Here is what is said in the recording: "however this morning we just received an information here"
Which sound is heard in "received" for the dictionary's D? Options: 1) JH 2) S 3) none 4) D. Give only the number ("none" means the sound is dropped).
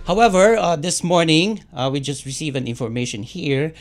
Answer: 3